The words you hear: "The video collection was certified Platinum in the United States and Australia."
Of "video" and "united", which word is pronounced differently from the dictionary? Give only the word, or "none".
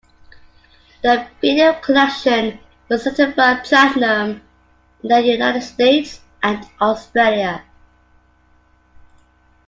video